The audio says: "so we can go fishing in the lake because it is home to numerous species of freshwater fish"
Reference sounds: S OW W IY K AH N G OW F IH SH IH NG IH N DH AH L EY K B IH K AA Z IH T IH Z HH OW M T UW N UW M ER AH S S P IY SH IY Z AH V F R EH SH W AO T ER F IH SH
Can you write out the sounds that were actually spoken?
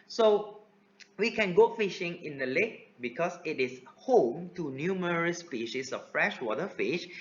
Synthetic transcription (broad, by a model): S OW W IY K AH N G OW F IH SH IH NG IH N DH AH L EY K B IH K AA S IH T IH S HH OW M T UW N UW M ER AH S S P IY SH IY S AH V F R EH SH W AO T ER F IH SH